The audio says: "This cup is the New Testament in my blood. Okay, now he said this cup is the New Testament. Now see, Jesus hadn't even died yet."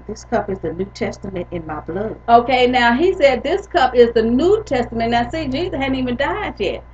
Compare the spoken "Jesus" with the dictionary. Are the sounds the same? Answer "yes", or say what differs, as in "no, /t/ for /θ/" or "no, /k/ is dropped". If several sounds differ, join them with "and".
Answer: no, /s/ is dropped